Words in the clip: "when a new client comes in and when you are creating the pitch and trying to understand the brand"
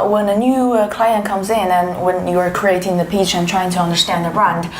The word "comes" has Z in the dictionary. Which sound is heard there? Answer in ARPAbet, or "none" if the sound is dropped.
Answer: Z